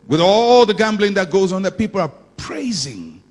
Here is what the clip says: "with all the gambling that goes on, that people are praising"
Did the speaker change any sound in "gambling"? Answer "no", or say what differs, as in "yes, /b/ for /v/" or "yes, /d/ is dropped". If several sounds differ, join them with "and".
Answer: no